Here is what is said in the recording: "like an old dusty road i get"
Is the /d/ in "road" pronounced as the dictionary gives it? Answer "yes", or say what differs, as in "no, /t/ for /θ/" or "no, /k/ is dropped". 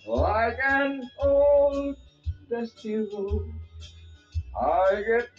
no, /d/ is dropped